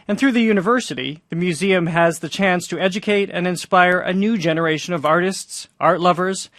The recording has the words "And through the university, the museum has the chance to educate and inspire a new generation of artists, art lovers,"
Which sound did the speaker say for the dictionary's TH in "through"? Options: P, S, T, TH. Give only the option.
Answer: TH